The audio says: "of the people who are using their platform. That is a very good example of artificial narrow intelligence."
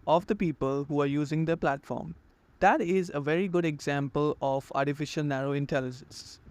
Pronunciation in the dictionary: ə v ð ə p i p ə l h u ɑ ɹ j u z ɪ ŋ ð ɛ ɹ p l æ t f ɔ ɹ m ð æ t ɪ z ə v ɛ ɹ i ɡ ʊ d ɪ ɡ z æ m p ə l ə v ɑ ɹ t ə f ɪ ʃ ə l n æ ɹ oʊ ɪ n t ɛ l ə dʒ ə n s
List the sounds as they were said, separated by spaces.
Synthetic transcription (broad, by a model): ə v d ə p i p ə l h u ɑ ɹ j u z ɪ ŋ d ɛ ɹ p l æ t f ɔ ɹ m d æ t ɪ z ə v ɛ ɹ i ɡ ʊ d ɪ ɡ z æ m p ə l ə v ɑ ɹ t ə f ɪ ʃ ə l n æ ɹ oʊ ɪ n t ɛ l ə dʒ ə n s